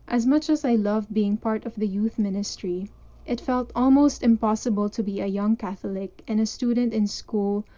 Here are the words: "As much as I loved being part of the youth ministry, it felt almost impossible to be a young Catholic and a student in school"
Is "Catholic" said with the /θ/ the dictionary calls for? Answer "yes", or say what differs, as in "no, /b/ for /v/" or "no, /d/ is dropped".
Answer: yes